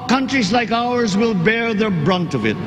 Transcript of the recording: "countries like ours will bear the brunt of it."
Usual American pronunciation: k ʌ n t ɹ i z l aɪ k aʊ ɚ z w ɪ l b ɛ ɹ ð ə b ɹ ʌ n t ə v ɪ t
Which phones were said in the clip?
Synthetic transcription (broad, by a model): k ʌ n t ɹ i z l aɪ k aʊ ɚ z w ɪ l b ɛ ɹ ð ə b ɹ ʌ n t ə v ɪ t